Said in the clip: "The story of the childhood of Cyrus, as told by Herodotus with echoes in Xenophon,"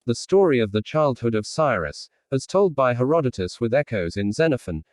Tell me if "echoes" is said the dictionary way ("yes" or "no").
yes